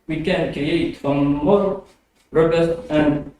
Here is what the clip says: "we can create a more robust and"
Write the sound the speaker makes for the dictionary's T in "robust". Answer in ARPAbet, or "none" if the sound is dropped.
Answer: none